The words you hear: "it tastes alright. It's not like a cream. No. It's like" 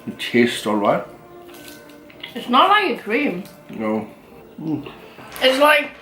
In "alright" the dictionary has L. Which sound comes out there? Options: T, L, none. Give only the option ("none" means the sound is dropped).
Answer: L